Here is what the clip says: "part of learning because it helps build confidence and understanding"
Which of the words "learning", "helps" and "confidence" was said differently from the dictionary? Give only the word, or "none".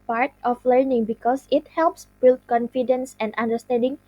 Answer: none